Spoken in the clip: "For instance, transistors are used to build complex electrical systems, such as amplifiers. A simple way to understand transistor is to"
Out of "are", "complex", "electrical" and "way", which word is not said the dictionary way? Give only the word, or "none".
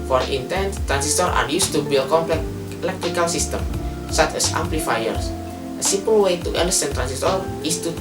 complex